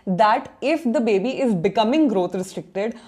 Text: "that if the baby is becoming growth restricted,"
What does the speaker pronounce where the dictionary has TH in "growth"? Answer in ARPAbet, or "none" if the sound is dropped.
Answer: T